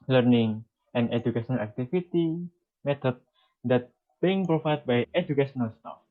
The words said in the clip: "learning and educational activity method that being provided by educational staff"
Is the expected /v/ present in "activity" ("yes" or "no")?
no